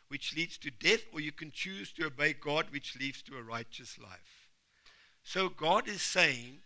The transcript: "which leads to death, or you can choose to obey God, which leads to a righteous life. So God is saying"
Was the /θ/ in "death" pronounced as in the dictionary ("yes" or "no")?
yes